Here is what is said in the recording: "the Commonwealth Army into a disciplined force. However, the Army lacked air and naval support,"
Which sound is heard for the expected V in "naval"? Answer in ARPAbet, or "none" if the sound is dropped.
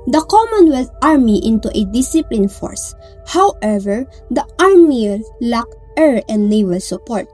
W